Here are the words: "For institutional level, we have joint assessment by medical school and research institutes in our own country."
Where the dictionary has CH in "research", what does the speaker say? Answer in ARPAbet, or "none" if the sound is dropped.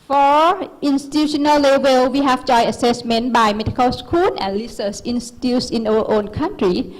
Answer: S